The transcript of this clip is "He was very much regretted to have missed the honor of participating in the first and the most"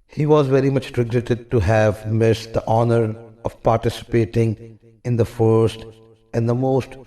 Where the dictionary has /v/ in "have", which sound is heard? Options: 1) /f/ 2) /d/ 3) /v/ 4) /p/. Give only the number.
3